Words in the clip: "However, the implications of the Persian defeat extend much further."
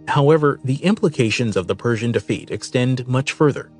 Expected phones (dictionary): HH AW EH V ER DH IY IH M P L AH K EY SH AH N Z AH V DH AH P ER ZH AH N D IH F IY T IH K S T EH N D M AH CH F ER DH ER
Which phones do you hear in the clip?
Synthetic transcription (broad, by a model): HH AW EH V ER DH IY IH M P L AH K EY SH AH N Z AH V DH AH P ER ZH AH N D IH F IY T IH K S T EH N D M AH CH F ER DH ER